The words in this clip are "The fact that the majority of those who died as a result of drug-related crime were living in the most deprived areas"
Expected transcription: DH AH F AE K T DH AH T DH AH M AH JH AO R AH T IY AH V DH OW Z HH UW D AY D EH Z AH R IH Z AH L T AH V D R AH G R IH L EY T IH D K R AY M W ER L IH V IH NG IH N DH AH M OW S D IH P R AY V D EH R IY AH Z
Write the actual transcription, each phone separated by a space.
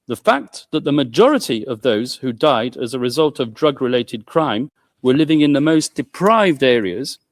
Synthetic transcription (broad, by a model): DH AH F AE K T DH AH T DH AH M AH JH AO R AH T IY AH V DH OW Z HH UW D AY D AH Z AH R IH Z AH L T AH V D R AH G R IH L EY T IH D K R AY M W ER L IH V IH NG IH N DH AH M OW S D IH P R AY V D EH R IY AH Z